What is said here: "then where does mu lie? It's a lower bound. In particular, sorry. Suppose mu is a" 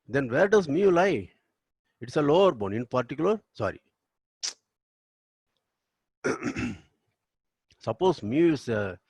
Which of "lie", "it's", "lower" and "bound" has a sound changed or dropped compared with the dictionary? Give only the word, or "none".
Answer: bound